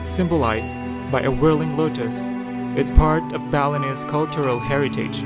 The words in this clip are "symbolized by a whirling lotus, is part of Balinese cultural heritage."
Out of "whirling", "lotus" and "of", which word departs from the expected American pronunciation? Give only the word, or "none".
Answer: none